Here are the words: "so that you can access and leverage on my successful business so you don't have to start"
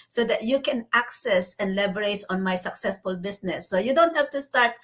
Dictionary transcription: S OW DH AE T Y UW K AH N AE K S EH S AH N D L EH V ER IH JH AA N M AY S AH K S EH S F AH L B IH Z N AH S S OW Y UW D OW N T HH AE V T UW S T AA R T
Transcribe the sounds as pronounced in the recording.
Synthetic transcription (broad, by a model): S OW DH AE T Y UW K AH N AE K S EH S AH N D L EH B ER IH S AA N M AY S AH K S EH S F AH L B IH S N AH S S OW Y UW D OW N T HH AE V T UW S T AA R T